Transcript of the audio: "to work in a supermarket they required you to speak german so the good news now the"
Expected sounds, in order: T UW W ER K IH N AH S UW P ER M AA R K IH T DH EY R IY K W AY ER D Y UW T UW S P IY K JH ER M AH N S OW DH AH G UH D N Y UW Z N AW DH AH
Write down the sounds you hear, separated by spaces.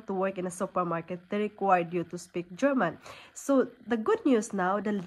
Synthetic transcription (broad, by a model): T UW W ER K IH N AH S UW P ER M AA R K IH T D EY R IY K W AY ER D Y UW T UW S P IY K JH ER M AH N S OW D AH G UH D N Y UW S N AW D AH